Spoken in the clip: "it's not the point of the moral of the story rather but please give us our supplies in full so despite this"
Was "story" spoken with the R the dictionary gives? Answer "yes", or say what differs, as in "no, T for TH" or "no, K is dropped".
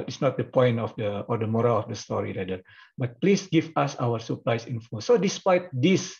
yes